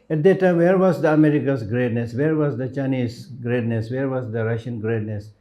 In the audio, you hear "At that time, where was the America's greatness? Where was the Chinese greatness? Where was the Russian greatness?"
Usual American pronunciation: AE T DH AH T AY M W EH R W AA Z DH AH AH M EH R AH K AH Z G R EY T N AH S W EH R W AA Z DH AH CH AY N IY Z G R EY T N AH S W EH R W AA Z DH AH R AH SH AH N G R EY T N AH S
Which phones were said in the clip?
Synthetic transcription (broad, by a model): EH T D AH T AY M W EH R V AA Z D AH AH M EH R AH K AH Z G R EY T N AH S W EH R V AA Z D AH CH AY N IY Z G R EY T N AH S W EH R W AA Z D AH R AH SH AH N G R EY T N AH S